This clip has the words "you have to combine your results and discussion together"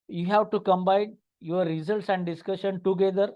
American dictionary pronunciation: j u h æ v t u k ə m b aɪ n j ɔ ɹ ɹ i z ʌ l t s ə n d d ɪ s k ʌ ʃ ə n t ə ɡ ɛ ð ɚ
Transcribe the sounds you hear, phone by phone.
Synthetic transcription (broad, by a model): j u h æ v t u k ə m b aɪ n j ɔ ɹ ɹ i z ʌ l t s ə n d d ɪ s k ʌ ʃ ə n t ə ɡ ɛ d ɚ